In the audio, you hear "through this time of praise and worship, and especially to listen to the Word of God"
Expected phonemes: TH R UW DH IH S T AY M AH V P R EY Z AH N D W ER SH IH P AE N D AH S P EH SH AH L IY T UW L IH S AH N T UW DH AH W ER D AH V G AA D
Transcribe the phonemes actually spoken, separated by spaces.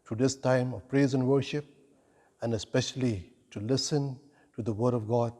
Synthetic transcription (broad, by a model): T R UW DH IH S T AY M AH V P R EY Z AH N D W ER SH IH P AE N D AH S P EH SH AH L IY T UW L IH S AH N T UW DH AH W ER D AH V G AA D